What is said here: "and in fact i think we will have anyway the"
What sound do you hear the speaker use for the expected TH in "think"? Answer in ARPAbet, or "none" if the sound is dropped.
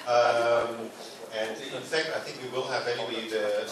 TH